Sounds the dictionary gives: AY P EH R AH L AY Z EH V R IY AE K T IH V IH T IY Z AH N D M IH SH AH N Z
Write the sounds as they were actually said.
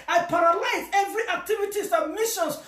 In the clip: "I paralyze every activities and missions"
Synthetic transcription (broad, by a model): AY P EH R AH L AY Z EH V R IY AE K T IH V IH T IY S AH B M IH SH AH N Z